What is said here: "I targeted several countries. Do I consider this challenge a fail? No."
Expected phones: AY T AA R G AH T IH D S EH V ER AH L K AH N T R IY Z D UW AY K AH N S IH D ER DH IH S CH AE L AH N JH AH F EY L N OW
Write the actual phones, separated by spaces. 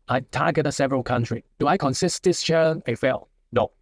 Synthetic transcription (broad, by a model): AY T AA G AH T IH S EH V ER AH L K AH N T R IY D UW AY K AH N S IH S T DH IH S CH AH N AH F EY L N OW